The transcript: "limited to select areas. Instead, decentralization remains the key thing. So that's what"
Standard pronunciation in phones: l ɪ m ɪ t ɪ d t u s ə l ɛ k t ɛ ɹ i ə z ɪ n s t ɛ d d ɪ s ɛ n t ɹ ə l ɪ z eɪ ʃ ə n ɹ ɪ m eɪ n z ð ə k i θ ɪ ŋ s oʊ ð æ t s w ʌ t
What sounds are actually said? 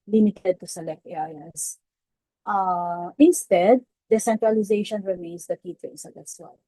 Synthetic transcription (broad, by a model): l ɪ m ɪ t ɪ d t u s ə l ɛ k t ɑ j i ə ɪ n s t ɛ d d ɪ s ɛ n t ɹ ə l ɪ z eɪ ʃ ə n ɹ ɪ m eɪ n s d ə k i t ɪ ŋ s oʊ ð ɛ s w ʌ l